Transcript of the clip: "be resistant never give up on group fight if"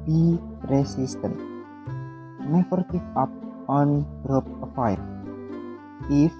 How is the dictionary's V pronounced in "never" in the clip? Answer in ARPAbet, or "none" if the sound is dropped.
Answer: F